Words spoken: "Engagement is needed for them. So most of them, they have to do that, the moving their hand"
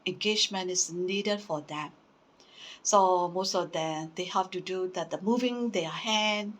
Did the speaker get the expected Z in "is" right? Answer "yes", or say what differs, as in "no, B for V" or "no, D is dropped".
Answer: no, S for Z